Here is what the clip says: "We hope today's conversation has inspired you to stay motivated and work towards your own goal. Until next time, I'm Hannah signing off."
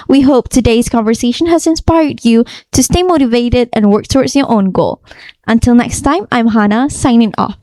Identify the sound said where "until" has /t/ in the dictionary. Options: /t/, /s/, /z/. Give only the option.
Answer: /t/